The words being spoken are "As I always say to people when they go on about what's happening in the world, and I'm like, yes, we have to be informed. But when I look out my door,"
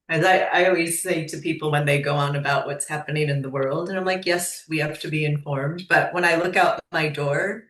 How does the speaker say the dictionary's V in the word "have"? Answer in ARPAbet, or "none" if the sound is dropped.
F